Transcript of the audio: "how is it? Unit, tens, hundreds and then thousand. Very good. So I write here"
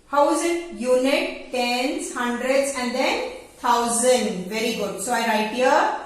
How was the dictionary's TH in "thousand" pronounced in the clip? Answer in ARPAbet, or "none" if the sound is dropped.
T